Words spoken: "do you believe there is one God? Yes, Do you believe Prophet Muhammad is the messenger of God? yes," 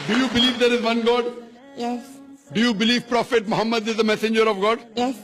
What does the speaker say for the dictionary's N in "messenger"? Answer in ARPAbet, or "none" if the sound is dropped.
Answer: N